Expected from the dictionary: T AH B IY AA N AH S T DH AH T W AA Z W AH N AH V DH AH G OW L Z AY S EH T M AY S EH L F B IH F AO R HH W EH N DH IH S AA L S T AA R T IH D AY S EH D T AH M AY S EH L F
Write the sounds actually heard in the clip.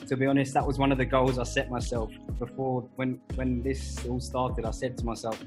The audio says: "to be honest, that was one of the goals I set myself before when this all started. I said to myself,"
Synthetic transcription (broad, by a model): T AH B IY AA N AH S T DH AH T W AA Z W AH N AH V DH AH G OW L Z AY S EH T M AY S EH L F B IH F AO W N W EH N DH IH S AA L S T AA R T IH D AY S EH D T AH M AY S EH L F